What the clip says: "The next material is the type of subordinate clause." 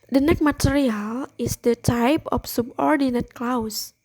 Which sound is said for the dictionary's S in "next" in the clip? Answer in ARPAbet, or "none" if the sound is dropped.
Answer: none